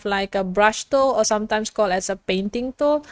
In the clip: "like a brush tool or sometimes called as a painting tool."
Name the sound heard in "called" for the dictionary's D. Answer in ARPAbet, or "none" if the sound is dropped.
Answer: none